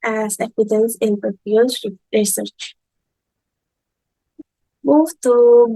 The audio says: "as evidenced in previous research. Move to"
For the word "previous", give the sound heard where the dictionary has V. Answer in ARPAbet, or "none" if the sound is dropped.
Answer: P